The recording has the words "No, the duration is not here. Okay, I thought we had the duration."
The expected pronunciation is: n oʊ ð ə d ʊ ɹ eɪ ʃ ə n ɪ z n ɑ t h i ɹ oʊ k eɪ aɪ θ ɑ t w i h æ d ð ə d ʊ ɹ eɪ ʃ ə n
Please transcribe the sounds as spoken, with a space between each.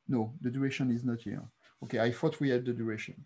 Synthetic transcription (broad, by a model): n oʊ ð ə d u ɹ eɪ ʃ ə n ɪ z n ɑ t h i ɹ oʊ k eɪ aɪ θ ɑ t w i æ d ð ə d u ɹ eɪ ʃ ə n